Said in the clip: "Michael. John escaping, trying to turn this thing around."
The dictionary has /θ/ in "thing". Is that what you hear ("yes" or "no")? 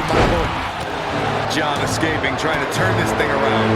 yes